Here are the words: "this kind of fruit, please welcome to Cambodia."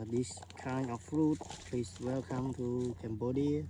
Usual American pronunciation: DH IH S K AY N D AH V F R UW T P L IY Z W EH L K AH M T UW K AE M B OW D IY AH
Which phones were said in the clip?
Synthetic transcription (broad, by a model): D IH S K AY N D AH F R UW T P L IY S W EH L K AH M T UW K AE M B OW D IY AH